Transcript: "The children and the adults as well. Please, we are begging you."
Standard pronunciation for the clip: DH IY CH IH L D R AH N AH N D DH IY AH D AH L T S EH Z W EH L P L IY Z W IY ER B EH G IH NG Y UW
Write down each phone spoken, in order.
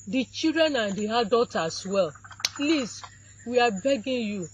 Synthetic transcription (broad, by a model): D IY CH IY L D R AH N AH N D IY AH D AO T AA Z W EH L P L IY S W IY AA B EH G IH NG Y UW